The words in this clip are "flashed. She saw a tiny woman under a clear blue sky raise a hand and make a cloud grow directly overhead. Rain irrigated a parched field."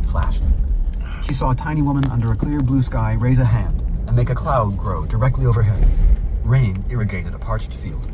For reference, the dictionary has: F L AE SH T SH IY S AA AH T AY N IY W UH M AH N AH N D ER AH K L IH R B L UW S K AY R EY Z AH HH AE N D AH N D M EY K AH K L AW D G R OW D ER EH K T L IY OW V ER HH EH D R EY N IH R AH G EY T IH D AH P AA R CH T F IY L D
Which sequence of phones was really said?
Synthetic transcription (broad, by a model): F L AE SH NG SH IY S AA AH T AY N IY W UH M AH N AH N D ER AH K L IH R B L UW S K AY R EY Z AH HH AE N D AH N M EY K AH K L AW D G R OW D ER EH K T L IY OW V ER HH EH D R EY N IH R AH G EY T IH D AH P AA R CH T F IY L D